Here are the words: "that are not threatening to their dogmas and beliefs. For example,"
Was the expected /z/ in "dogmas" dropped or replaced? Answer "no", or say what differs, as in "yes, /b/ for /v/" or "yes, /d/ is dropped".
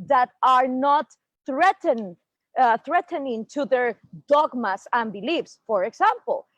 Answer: yes, /s/ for /z/